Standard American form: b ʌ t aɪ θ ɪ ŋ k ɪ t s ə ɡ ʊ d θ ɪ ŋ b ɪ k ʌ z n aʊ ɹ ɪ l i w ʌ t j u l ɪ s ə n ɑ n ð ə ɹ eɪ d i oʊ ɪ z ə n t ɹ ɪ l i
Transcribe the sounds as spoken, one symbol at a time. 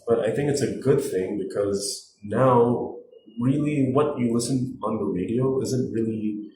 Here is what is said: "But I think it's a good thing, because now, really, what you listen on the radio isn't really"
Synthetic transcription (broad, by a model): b ʌ t aɪ θ ɪ ŋ k ɪ t s ə ɡ ʊ d θ ɪ ŋ b ɪ k ʌ z n aʊ ɹ ɪ l i w ʌ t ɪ l ɪ s ə n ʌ n ð ə ɹ eɪ d i oʊ ɪ z ə n t ɹ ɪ l i